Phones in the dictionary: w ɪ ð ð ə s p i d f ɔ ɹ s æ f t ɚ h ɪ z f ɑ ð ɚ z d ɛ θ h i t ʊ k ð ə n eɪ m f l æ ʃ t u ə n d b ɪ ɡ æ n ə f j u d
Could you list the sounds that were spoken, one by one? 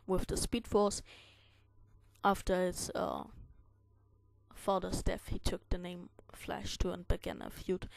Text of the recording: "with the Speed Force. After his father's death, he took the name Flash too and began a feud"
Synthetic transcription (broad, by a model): w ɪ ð ð ə s p i d f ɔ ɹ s æ f t ɚ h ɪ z f ɑ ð ɚ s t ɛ f h i t ʊ k ð ə n eɪ m f l æ ʃ t u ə n b ɪ ɡ æ n ə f j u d